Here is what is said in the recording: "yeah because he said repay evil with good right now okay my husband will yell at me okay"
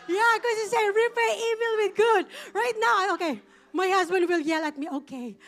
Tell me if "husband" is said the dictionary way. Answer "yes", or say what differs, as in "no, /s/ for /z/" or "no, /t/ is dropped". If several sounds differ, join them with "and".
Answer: yes